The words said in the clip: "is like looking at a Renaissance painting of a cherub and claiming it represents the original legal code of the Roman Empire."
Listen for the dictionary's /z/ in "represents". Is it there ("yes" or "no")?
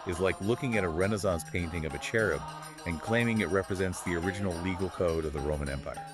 yes